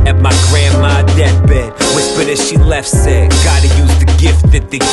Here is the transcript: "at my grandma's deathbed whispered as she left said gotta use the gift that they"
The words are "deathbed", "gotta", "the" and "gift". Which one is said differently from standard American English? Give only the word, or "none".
deathbed